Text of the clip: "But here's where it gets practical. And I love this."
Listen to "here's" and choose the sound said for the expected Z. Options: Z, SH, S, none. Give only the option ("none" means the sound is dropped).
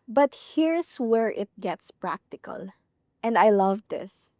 S